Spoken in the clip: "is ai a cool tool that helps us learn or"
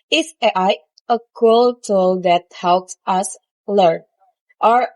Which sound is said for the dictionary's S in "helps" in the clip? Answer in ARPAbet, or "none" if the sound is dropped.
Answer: S